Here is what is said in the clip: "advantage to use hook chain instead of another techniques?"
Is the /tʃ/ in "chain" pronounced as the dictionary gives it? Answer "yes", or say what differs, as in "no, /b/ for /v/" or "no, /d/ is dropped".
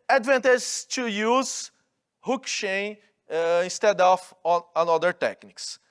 no, /ʃ/ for /tʃ/